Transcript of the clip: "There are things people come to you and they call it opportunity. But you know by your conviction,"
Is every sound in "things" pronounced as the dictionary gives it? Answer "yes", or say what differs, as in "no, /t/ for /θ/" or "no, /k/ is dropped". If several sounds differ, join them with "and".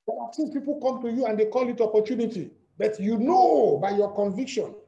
no, /s/ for /θ/